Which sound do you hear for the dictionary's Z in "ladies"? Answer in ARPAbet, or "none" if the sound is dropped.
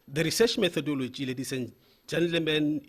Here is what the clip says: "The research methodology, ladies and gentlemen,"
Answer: S